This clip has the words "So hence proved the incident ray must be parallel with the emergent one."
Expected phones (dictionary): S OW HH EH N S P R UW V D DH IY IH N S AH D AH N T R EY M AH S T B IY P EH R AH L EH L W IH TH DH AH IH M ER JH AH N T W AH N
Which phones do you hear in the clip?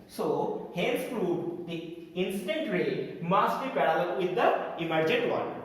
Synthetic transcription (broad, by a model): S OW HH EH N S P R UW D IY IH N S AH D AH N T R EY M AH S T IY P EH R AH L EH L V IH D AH IH M ER JH AH N T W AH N